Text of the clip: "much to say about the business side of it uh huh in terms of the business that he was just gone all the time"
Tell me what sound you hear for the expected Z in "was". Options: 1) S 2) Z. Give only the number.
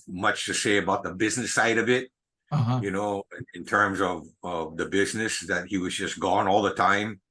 2